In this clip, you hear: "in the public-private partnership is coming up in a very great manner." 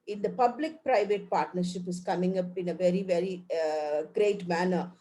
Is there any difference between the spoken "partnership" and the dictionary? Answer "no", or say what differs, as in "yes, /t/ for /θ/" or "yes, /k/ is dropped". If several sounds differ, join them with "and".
no